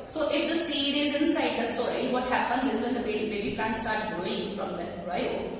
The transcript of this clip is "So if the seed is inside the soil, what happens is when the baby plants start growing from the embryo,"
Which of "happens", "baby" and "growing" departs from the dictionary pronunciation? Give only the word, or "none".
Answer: growing